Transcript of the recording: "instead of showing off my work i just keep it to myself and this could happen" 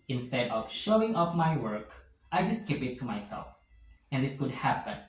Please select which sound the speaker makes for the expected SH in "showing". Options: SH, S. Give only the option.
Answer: SH